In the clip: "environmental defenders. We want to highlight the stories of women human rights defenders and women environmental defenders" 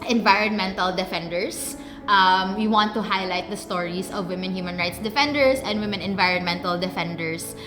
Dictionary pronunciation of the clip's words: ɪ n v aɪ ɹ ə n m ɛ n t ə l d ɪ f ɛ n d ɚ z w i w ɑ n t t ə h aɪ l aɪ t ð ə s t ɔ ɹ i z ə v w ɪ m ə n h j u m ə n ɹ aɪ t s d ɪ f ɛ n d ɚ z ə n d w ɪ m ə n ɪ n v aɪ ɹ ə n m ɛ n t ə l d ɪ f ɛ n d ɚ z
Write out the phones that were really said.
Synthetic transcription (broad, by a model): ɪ n v aɪ ɹ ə n m ɛ n t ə l d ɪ f ɛ n d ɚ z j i w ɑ n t t ə h aɪ l aɪ t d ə s t ɔ ɹ i s ə v w ɪ m ə n h j u m ə n ɹ aɪ t s d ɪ f ɛ n d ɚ s ə n d w ɪ m ə n ɪ n v aɪ ɹ ə n m ɛ n t ə l d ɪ f ɛ n d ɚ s